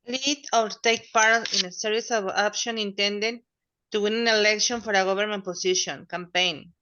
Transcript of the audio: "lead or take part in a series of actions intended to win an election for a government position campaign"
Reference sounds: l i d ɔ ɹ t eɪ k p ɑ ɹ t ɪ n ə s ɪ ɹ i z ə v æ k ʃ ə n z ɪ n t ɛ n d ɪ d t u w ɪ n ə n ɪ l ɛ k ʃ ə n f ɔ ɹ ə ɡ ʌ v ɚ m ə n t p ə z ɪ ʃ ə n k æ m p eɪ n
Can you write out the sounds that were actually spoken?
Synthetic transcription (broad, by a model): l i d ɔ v t eɪ k p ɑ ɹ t ɪ n ə s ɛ ɹ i s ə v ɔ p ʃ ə n ɪ n t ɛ n d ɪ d t u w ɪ n ə n ɪ l ɛ k ʃ ə n f ɔ ɹ ə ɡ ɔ b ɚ m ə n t p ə s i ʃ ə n k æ m p eɪ n